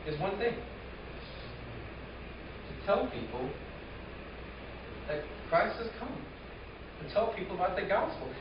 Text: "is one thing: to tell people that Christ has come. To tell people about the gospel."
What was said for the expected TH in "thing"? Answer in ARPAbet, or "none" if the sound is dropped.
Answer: TH